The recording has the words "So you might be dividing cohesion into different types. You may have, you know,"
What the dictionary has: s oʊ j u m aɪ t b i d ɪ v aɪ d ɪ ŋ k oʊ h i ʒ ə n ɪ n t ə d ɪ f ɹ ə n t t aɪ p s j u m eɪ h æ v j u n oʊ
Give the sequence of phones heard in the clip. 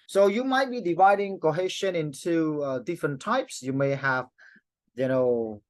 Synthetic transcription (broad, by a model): s oʊ j u m aɪ t b i d ɪ v aɪ d ɪ ŋ k oʊ h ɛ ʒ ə n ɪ n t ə d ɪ f ɹ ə n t t aɪ p s j u m eɪ h æ v j u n oʊ